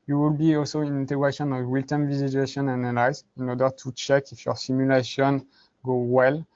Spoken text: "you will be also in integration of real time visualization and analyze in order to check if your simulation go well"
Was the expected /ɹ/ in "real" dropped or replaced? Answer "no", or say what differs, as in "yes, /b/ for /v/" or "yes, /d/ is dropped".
yes, /w/ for /ɹ/